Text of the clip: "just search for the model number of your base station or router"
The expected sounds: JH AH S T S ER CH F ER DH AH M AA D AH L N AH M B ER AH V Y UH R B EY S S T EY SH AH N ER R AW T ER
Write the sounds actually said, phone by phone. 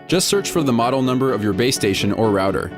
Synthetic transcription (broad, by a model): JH AH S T S ER CH F ER DH AH M AA D L N AH M B ER AH V Y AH R B EY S S T EY SH AH N ER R AW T ER